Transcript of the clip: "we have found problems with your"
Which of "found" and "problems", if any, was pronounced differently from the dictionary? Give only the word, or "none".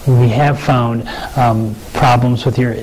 none